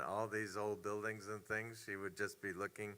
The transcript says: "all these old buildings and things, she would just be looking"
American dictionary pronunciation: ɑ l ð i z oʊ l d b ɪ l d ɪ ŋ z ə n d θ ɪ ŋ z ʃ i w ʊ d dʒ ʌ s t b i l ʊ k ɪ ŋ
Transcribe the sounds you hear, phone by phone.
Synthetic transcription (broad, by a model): ɑ l ð i z oʊ l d b ɪ l d ɪ ŋ z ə n θ ɪ ŋ z ʃ i w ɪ d dʒ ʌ s b i l ʊ k ɪ ŋ